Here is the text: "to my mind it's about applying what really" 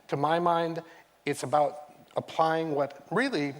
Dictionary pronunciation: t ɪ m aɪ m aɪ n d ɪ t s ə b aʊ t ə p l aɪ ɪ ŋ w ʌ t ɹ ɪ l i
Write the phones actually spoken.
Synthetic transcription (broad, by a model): t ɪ m aɪ m aɪ n d ɪ t s ə b aʊ t ə p l aɪ ɪ ŋ w ʌ t ɹ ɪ l i